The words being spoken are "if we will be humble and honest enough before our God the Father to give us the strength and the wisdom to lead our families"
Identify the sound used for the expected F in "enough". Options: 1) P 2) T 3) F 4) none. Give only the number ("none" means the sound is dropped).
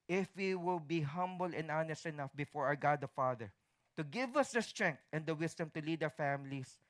3